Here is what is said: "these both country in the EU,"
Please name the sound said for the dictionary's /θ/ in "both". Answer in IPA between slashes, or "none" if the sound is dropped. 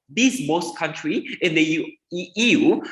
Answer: /s/